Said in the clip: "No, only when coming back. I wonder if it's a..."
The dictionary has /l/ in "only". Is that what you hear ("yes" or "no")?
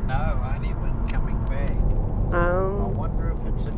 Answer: no